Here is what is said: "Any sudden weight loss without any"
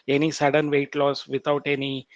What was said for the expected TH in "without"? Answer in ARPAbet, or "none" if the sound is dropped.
T